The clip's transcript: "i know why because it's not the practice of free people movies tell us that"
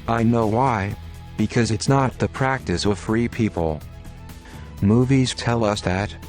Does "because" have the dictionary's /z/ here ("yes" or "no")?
yes